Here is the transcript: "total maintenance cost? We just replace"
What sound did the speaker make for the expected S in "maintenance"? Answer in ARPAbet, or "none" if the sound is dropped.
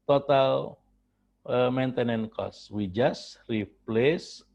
none